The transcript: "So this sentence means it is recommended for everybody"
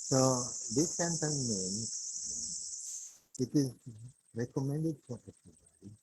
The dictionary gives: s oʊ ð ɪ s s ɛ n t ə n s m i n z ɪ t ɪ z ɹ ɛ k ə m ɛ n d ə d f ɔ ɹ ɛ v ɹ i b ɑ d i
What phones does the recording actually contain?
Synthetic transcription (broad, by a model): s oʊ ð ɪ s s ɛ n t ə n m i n ɪ t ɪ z ɹ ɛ k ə m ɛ n d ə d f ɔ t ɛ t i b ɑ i